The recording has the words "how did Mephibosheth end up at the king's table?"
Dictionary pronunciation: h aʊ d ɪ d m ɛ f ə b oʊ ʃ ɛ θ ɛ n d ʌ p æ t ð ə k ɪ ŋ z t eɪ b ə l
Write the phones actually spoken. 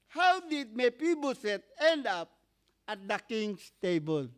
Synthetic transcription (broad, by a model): h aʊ d ɪ d m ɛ p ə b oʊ s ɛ t ɛ n d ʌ p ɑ t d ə k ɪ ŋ s t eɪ b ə l